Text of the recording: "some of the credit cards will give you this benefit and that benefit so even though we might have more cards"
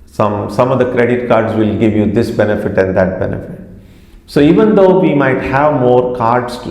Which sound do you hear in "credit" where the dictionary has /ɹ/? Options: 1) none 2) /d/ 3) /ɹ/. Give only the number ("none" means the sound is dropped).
3